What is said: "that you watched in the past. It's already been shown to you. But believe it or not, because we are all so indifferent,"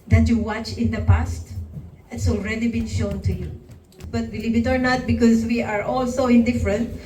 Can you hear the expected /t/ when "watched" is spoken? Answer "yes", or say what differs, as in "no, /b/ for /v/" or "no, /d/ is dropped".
no, /t/ is dropped